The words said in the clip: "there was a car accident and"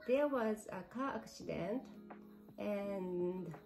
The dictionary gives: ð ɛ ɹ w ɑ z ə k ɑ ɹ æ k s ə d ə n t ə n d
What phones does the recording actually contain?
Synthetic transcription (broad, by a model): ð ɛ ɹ w ɑ z ə k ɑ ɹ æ k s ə d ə n t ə n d